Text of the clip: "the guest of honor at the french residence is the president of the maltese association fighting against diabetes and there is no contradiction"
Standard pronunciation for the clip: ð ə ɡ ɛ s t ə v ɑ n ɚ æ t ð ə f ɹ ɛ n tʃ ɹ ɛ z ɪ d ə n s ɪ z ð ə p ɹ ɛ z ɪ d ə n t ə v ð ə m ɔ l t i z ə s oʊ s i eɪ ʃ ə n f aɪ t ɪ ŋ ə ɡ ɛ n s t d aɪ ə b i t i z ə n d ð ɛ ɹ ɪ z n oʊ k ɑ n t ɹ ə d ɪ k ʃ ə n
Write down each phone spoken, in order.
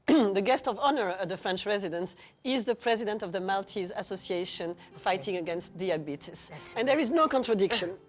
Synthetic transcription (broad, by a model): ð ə ɡ ɛ s t ə v ɑ n ɚ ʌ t ð ə f ɹ ɛ n tʃ ɹ ɛ z ɪ d ə n s ɪ z ð ə p ɹ ɛ z ɪ d ə n t ə v ð ə m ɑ l t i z ə s oʊ s i eɪ ʃ ə n f aɪ t ɪ ŋ ə ɡ ɛ n s t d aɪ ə b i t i s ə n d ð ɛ ɹ ɪ z n oʊ k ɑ n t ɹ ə d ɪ k ʃ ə n